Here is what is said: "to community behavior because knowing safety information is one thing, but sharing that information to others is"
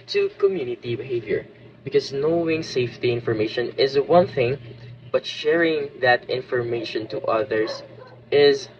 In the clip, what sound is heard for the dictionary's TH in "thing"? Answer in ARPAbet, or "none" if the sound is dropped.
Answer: TH